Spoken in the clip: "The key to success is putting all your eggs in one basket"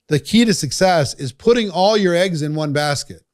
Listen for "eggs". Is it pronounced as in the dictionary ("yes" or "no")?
yes